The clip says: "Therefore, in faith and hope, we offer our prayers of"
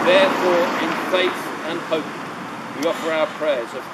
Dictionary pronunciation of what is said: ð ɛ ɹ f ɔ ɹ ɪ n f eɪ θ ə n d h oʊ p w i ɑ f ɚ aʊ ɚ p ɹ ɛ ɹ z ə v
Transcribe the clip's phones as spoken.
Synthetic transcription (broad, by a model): ð ɛ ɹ f ɔ ɹ ɪ n f eɪ θ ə n h oʊ p w i ɑ f ɚ aʊ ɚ p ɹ ɛ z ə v